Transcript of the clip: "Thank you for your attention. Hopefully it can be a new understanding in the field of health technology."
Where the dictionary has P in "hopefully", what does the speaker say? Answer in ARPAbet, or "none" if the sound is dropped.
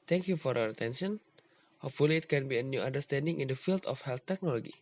none